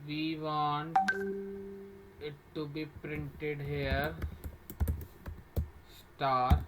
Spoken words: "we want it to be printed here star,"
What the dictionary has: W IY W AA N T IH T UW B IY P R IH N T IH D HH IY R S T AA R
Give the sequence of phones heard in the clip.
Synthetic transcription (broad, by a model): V IY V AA N IH T UW B IY P R IH N T IH D HH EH R S T AA R